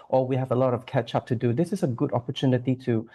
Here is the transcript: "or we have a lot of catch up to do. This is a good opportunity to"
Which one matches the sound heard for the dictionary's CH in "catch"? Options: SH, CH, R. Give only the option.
CH